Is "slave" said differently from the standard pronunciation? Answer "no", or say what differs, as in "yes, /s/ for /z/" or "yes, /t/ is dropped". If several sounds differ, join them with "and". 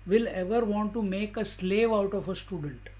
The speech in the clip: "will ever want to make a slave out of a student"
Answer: no